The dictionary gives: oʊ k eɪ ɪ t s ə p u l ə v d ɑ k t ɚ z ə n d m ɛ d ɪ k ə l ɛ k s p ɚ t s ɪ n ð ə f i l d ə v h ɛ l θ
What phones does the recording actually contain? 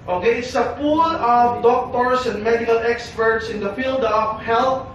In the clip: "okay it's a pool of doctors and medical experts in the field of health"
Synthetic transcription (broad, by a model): oʊ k eɪ ɪ t s ə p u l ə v d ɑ k t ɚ s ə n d m ɛ d ɪ k ə l ɛ k s p ɚ t s ɪ n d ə f i l d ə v h ɛ l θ